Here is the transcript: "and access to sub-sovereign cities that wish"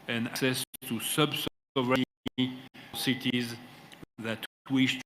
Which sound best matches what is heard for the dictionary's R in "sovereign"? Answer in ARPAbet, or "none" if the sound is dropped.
none